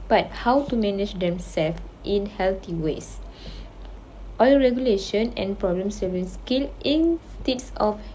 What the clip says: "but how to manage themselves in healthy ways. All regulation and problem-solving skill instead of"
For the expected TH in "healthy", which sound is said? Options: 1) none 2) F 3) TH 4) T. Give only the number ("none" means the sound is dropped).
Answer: 4